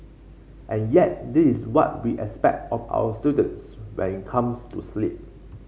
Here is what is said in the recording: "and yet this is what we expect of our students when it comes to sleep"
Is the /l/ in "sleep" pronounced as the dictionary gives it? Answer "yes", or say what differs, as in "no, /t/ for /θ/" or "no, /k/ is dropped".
yes